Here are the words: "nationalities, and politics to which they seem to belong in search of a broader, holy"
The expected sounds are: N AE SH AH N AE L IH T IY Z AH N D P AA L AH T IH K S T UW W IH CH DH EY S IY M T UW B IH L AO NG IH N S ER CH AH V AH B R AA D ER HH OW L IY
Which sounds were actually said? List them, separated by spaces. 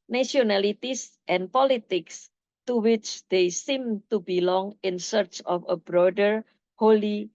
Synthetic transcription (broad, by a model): N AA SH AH N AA L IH T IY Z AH N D P AA L AH T IH K S T UW W IH CH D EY S IY M T UW B IH L AO NG IH N S ER CH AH F AH B R AA D ER HH OW L IY